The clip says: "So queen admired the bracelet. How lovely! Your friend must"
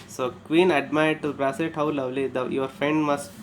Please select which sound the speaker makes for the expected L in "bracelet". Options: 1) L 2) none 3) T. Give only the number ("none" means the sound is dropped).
2